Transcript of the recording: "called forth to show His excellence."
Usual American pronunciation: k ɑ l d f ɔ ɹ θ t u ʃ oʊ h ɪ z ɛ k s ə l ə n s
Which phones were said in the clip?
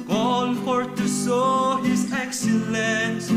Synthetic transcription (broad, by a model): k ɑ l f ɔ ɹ t u s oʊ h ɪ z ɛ k s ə l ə n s